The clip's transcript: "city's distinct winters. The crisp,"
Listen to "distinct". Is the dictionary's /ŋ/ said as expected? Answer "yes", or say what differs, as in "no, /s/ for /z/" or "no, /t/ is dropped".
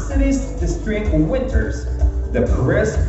no, /ŋ/ is dropped